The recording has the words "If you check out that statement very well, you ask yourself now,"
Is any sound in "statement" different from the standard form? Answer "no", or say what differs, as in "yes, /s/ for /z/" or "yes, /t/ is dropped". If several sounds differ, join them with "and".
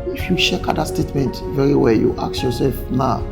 no